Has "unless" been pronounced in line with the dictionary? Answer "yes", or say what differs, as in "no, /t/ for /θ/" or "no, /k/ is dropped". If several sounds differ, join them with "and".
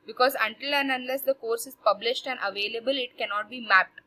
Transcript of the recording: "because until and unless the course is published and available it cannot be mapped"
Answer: yes